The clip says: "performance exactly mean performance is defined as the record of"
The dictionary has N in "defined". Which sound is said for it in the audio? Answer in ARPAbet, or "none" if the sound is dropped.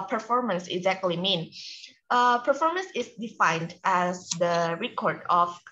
N